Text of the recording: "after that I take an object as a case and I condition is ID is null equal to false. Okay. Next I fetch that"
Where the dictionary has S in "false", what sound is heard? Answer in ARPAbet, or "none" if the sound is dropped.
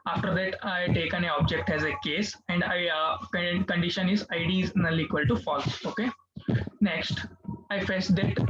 none